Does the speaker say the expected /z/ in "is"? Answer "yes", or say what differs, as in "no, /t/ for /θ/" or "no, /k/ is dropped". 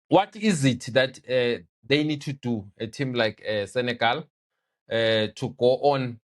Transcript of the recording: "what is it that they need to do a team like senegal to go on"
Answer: yes